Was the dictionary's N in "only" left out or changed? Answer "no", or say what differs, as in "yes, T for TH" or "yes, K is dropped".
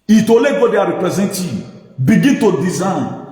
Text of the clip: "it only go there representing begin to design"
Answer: yes, N is dropped